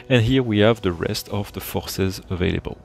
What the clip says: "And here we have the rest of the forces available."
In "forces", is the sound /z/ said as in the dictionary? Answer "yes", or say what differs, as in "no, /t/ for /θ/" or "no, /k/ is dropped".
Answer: yes